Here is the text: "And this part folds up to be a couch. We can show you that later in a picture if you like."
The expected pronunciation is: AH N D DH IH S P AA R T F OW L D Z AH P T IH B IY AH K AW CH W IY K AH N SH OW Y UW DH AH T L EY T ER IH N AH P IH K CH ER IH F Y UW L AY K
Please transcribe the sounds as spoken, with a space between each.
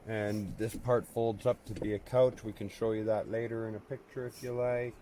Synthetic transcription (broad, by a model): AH N DH IH S P AA R T F OW L D Z AH P T IH B IY AH K AW CH W IY K AH N SH OW Y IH DH AH T L EY T ER IH N AH P IH K CH ER IH F Y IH L AY K